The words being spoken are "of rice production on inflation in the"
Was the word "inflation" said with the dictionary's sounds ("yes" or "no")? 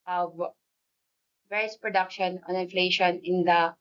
yes